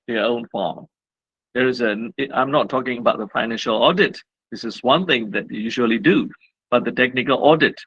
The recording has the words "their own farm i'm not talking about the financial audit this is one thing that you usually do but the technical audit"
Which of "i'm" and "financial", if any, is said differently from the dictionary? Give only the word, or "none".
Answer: none